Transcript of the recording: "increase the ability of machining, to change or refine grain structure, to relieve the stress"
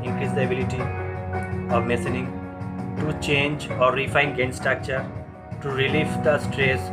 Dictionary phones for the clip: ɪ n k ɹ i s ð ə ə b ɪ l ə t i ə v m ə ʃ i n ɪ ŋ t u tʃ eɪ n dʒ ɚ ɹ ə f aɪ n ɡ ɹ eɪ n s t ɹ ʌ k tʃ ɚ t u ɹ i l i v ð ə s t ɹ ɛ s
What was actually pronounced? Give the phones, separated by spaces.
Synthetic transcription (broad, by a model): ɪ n k ɹ i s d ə ə b ɪ l ə t i ə v m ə s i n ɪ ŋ t u tʃ eɪ n dʒ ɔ ɹ ə f aɪ n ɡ eɪ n s t ɹ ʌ k tʃ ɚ t u ɹ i l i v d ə s t ɹ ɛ s